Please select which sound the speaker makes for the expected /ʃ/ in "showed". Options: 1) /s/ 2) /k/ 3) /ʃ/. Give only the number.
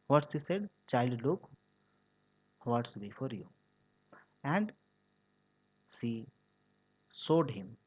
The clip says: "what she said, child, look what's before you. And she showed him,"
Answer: 1